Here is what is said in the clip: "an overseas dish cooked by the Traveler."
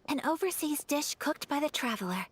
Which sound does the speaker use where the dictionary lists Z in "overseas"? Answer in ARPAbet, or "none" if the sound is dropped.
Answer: Z